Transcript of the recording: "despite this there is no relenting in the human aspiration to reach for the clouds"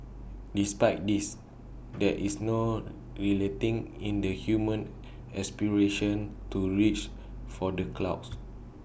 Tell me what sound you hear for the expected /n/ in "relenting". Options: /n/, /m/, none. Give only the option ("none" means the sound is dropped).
none